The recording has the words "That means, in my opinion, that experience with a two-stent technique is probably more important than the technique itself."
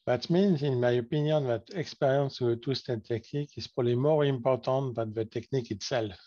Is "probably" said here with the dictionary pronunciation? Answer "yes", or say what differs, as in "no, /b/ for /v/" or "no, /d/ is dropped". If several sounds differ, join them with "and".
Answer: no, /b/ is dropped